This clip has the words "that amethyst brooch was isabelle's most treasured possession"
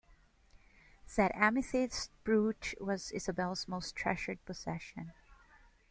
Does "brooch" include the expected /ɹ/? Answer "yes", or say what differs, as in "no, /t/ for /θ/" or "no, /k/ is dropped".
yes